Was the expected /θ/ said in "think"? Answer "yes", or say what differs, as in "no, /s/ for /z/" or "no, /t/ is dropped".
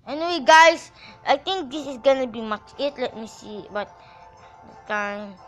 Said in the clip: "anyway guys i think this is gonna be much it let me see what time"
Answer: no, /t/ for /θ/